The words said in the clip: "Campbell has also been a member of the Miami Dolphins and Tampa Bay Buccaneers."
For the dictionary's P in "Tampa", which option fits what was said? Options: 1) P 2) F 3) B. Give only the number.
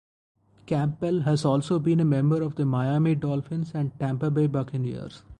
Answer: 1